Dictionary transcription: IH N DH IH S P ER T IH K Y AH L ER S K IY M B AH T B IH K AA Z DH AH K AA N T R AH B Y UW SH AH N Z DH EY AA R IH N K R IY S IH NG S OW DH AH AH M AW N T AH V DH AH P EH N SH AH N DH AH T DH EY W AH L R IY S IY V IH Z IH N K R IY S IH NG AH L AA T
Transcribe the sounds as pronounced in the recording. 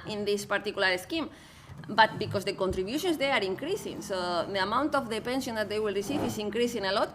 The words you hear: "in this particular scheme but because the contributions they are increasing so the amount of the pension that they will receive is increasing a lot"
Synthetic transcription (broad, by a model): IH N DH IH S P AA T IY K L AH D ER S K IY M B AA T B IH K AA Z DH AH K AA N T R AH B Y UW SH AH N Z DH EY AA R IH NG K R IY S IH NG S OW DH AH AH M AW N T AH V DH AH P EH N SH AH N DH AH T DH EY W AH L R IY S IY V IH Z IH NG K R IY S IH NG AH L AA T